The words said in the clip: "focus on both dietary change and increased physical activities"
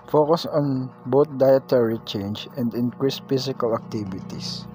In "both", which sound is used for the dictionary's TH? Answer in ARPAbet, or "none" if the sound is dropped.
T